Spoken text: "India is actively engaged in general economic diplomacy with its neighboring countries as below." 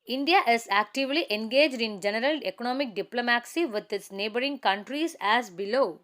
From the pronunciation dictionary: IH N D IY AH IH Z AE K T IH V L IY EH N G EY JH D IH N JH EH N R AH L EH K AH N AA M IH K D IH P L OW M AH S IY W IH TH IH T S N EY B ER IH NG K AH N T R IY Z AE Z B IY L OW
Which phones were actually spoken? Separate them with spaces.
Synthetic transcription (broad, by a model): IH N D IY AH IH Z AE K T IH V L IY EH N G EY JH D IH N JH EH N R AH L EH K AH N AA M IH K D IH P L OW M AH S IY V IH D IH T S N EY B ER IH NG K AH N T R IY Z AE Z B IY L OW